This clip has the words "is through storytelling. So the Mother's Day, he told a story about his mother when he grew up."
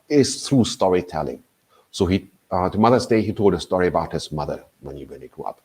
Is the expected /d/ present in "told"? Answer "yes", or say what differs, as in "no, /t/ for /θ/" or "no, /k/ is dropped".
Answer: yes